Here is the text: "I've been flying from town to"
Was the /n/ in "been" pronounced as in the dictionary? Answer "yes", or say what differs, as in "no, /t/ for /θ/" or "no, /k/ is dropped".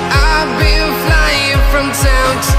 no, /l/ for /n/